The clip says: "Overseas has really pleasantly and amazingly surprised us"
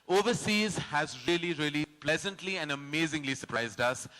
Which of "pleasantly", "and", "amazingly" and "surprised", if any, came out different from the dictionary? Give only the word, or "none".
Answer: none